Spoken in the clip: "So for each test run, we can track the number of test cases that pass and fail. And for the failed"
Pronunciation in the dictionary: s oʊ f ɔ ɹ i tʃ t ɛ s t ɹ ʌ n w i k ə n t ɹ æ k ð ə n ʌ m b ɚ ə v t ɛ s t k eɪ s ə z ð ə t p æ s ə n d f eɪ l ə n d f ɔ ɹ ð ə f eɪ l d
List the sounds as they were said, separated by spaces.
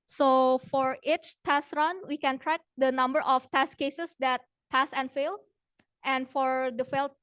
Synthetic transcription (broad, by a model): s oʊ f ɔ ɹ i tʃ t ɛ s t ɹ ʌ n w i k ə n t ɹ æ k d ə n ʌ m b ɚ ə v t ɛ s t k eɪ s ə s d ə t p æ s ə n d f eɪ l ə n d f ɔ ɹ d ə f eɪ l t